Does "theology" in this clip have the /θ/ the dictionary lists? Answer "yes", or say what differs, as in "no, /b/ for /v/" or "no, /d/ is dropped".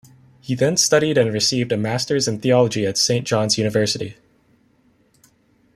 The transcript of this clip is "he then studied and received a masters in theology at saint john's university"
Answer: yes